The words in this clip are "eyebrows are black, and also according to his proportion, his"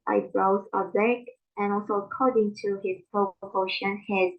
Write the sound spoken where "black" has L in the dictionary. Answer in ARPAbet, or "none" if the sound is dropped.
none